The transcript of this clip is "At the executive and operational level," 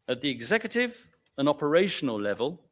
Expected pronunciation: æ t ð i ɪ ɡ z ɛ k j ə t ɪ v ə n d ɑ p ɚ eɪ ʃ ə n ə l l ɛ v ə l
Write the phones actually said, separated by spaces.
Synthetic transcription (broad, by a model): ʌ t ð i ɪ ɡ z ɛ k j ə t ɪ v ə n ɑ p ɚ eɪ ʃ ə n ə l l ɛ v ə l